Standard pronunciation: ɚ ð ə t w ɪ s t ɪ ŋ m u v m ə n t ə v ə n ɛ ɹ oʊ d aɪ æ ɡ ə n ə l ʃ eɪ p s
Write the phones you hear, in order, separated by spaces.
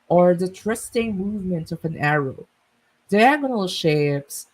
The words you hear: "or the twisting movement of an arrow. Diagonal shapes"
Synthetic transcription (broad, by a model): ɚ ð ə t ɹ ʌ s t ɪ ŋ m u v m ə n t ə v ə n ɛ ɹ oʊ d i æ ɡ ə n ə l ʃ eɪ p s